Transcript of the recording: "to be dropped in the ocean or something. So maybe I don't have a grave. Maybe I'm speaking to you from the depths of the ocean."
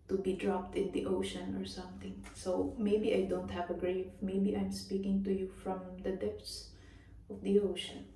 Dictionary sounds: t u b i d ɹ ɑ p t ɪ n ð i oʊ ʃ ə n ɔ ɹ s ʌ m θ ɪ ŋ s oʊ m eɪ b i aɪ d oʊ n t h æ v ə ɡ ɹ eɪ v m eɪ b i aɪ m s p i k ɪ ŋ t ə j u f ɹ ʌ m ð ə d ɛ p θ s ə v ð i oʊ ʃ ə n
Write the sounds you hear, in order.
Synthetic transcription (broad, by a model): t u b i d ɹ ɑ p t ɪ n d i oʊ ʃ ə n ɔ ɹ s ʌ m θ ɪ ŋ s oʊ m eɪ b i aɪ d oʊ n t h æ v ə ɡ ɹ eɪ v m eɪ b i aɪ m s p i k ɪ ŋ t ə j u f ɹ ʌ m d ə d ɛ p t s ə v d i oʊ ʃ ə n